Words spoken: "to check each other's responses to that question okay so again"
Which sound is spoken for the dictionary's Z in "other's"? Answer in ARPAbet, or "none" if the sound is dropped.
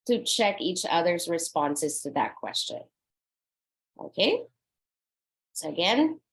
Z